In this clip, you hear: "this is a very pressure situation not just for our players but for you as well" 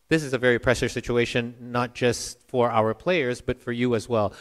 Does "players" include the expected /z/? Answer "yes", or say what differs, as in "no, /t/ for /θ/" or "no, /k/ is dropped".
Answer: yes